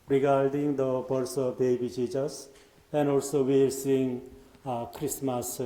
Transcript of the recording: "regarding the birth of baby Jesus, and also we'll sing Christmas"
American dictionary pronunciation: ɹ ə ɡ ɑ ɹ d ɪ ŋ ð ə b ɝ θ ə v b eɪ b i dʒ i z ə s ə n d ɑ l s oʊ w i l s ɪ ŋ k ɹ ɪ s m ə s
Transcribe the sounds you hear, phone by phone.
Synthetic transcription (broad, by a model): ɹ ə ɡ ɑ ɹ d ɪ ŋ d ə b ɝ s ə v b eɪ b i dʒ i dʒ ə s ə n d ɑ l s oʊ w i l s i ŋ k ɹ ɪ s m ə s